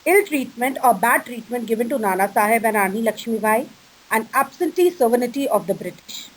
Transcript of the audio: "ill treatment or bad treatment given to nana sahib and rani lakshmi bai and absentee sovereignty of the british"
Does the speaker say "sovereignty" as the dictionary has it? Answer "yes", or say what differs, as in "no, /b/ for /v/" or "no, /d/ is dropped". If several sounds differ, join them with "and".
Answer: no, /ɹ/ is dropped